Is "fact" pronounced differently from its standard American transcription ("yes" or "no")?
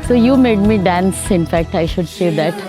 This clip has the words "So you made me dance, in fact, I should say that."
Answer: no